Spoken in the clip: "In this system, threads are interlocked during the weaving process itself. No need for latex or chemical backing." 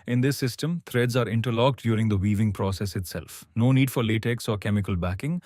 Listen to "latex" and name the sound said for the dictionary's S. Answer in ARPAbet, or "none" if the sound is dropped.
S